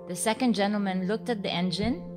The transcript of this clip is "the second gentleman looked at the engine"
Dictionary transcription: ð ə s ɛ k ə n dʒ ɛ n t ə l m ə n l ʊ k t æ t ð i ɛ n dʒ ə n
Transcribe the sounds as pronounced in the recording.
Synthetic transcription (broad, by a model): ð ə s ɛ k ə n dʒ ɛ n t l m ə n l ʊ k t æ t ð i ɛ n dʒ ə n